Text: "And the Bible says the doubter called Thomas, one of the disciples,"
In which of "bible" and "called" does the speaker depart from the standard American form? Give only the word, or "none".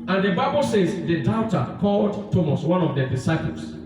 none